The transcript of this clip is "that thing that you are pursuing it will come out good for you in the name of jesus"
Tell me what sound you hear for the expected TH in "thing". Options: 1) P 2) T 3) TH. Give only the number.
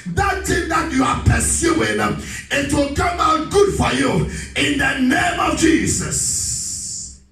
2